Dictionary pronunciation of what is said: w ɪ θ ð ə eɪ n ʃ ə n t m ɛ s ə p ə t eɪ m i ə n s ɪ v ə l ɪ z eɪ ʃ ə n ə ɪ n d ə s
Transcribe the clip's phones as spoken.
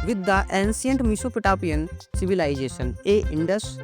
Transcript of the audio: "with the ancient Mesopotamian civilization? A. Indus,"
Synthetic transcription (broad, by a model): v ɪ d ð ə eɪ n s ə n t m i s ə p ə t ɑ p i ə n s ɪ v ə l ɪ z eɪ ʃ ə n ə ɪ n d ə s